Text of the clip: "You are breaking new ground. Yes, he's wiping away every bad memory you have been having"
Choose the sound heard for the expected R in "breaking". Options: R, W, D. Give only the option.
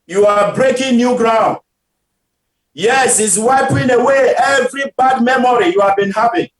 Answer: R